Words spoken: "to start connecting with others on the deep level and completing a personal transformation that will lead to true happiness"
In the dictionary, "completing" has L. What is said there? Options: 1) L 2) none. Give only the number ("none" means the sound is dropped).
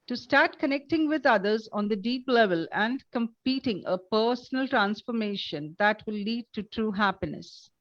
2